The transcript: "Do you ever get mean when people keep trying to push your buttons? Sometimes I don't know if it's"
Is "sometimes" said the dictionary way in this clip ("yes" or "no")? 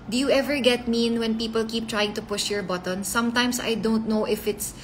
no